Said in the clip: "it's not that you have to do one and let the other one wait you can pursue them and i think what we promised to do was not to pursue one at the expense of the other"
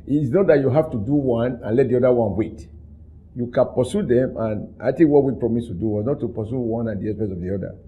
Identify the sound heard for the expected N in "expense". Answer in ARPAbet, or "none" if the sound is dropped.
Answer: none